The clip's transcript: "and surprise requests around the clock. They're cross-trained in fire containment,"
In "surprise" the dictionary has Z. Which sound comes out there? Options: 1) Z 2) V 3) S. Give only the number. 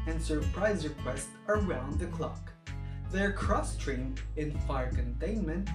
1